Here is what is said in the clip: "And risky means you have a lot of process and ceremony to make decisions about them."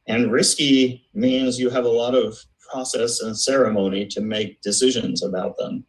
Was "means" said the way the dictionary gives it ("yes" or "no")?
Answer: yes